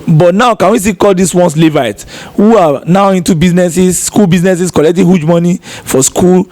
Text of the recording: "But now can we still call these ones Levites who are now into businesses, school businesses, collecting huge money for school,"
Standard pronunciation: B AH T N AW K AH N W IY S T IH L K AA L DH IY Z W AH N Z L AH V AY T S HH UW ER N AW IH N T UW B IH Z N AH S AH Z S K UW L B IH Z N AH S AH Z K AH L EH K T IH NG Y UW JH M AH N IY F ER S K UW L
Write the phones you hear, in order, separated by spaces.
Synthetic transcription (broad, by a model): B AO T N AW K AH N W IY S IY K AA L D IY S W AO N S L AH V AY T HH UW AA N AW IH N T UW B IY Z N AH S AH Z S K UW L B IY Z N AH S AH S K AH L EH K T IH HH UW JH M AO N IY F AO S K UW L